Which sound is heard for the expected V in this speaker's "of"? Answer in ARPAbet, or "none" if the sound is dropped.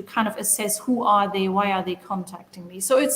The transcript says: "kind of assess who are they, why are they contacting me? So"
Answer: V